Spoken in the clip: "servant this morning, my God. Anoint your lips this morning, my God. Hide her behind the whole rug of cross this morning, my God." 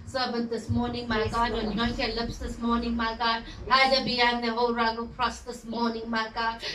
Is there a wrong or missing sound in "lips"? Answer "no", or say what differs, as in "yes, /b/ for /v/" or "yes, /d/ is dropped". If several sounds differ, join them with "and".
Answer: no